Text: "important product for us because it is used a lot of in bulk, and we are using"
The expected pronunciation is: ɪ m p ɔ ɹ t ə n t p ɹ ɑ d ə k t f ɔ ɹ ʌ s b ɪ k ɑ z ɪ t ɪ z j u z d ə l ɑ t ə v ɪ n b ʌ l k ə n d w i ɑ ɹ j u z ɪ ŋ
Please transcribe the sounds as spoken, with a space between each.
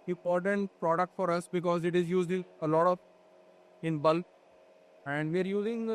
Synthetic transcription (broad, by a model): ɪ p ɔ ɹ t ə n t p ɹ ɑ d ə k t f ɔ ɹ ʌ s b ɪ k ɑ z ɪ t ɪ z j u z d ə l ɑ t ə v ɪ n b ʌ l ə n d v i ɑ ɹ j u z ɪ ŋ